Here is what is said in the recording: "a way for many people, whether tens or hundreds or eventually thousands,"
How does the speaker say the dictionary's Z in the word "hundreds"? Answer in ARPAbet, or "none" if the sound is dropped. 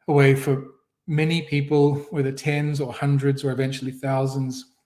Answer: Z